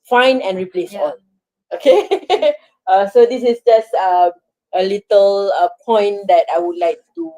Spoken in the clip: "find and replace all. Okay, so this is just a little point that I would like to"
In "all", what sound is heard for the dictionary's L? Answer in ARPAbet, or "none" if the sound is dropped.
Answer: N